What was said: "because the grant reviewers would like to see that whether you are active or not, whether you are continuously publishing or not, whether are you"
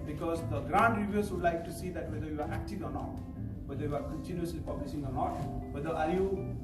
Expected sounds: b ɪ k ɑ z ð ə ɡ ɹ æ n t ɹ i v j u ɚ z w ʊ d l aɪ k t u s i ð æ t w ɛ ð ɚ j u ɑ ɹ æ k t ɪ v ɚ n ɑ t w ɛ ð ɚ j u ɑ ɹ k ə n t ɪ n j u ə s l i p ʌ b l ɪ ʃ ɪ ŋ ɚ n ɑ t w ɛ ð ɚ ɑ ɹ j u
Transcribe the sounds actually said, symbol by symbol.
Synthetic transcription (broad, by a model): b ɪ k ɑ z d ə ɡ ɹ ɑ n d ɹ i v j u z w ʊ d l aɪ k t u s i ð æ t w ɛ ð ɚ j u ɑ ɹ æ k t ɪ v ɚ n ɑ t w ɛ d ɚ j u ɑ ɹ k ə n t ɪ n j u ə s l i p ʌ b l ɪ s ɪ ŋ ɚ n ɑ t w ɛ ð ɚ ɑ ɹ j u